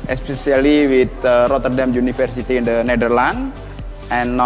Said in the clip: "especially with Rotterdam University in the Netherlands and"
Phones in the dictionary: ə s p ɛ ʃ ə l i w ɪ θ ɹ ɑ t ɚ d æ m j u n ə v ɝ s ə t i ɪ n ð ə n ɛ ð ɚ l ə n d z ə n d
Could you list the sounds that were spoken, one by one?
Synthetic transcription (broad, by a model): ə s p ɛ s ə l i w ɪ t ɹ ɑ t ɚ d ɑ m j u n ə f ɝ s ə t i n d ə n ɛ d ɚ l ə n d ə n